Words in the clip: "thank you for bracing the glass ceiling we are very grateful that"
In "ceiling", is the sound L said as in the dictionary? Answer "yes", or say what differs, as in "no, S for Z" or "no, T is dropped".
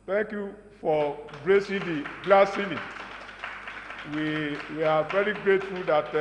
no, W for L